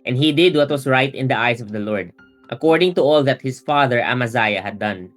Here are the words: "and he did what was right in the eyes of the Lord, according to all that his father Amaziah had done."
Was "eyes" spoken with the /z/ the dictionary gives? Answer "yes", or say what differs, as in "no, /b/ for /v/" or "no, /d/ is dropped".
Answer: no, /s/ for /z/